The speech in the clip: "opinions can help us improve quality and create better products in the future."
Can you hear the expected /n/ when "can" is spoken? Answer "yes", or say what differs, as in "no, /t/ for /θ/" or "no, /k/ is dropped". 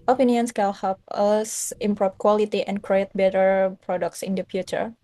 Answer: no, /l/ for /n/